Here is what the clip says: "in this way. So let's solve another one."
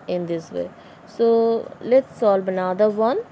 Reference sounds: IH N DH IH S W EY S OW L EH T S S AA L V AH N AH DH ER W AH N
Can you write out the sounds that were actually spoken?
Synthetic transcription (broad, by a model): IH N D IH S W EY S OW L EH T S S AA L B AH N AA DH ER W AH N